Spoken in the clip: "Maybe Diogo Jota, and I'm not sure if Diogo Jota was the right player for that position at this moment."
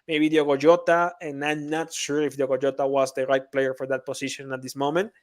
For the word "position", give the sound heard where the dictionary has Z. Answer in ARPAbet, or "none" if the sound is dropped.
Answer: S